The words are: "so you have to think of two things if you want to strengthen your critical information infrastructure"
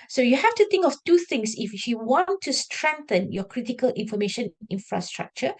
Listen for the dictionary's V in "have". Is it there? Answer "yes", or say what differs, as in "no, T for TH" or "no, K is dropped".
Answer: no, F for V